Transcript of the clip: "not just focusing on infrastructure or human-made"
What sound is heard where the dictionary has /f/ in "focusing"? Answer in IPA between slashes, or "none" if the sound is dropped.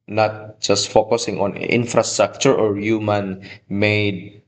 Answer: /f/